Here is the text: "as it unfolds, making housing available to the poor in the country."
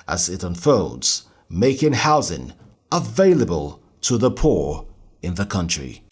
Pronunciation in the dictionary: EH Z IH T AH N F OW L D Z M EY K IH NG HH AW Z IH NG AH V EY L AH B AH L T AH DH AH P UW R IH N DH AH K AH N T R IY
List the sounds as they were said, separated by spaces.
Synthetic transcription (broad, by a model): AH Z IH T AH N F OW L D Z M EY K IH NG HH AW Z IH NG AH V EY L AH B AH L T AH DH AH P UW R IH N DH AH K AH N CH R IY